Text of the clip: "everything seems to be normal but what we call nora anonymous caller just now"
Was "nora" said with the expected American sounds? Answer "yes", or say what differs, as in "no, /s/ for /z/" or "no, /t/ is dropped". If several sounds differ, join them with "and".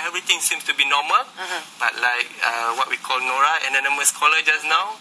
yes